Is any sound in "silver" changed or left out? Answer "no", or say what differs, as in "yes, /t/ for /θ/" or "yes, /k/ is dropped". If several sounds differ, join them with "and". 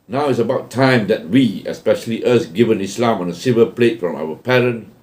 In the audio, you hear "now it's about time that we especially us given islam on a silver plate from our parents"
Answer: yes, /l/ is dropped